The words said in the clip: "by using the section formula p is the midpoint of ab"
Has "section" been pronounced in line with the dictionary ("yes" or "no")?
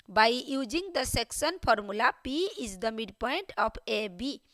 no